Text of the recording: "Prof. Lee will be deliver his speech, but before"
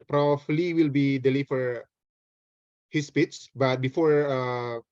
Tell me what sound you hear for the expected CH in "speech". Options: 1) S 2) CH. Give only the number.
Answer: 1